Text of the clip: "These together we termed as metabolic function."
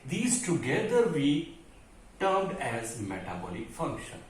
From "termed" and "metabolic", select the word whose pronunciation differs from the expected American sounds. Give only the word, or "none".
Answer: termed